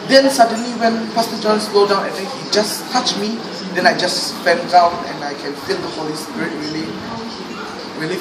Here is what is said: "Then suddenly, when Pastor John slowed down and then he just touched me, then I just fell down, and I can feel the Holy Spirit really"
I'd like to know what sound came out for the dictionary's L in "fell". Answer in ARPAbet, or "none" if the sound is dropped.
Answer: N